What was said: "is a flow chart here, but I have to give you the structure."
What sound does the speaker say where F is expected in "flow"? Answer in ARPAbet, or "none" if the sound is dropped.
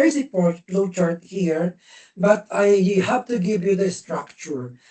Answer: P